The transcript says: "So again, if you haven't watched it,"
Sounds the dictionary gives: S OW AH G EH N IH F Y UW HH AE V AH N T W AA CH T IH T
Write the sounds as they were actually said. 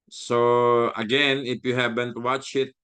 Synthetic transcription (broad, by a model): S OW AH G EH N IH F Y UW HH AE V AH N T W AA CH IH T